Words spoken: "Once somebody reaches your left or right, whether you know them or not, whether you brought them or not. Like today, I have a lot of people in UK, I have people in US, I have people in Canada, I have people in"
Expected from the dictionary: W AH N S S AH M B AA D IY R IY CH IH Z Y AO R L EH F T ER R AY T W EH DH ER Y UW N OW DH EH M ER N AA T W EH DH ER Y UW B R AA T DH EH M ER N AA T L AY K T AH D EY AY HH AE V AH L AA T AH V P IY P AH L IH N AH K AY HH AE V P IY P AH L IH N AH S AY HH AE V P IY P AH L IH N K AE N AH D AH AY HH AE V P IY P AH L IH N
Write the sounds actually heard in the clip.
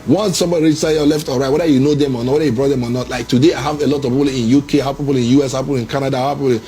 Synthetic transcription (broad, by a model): W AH N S S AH M B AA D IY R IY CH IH Y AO L EH F T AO R AY T W EH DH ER Y UW N OW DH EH M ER N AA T W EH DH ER Y UW B R AA T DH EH M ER N AA T L AY K T AH D EY AY HH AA V AH L AA T AH V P IY P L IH N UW K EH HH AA P IY P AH L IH N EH S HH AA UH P IY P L IH N K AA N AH D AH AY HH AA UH P IY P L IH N